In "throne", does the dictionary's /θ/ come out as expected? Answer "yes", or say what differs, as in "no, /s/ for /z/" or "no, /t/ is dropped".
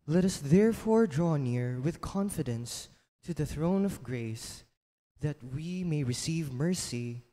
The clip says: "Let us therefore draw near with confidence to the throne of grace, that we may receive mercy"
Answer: yes